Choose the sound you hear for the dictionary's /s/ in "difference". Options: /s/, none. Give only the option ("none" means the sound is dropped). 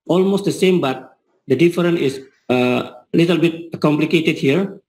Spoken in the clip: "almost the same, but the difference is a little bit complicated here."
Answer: none